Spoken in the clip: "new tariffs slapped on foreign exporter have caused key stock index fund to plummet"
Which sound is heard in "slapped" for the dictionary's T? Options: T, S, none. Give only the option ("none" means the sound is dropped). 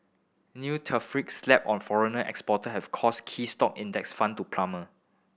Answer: none